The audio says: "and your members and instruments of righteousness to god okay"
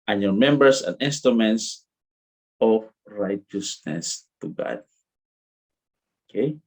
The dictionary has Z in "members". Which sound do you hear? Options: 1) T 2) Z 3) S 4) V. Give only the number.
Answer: 3